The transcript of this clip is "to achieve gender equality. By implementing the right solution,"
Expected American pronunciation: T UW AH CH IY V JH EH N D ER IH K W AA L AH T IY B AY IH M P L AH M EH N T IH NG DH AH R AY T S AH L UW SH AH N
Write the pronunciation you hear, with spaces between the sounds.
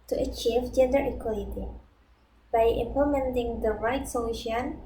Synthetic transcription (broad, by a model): T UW AH CH IY V JH EH N D ER IH K W AA L AH T IY B AY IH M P AH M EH N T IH NG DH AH R AY T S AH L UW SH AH N